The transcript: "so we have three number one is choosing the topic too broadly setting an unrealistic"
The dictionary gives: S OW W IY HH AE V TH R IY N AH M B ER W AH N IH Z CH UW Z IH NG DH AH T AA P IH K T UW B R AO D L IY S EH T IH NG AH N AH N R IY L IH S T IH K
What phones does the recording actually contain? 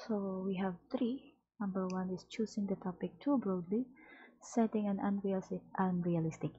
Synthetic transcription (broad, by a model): S OW W IY HH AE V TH R IY N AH M B ER W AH N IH S CH UW S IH NG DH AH T AA P IH K T UW B R AO D L IY S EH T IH NG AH N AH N R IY L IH S T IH K